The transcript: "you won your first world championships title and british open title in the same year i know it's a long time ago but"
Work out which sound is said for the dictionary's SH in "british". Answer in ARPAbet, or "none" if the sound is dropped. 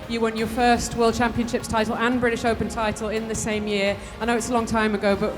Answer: SH